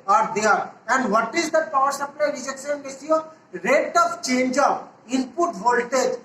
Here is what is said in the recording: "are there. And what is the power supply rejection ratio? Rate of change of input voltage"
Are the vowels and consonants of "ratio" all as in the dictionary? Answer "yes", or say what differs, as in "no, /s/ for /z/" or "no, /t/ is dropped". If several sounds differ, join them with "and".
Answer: no, /s/ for /ʃ/